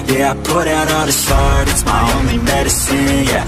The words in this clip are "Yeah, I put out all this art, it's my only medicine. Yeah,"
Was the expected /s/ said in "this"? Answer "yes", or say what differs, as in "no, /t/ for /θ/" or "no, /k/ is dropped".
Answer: no, /ʃ/ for /s/